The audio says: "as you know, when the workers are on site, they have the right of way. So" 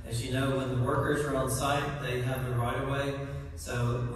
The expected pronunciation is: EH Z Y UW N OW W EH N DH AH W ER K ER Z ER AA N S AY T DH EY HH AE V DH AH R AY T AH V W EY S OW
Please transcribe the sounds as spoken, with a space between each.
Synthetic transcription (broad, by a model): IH Z Y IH N OW W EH N DH AH W ER K ER Z ER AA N S AY T DH EY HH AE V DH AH R AY T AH W EY S OW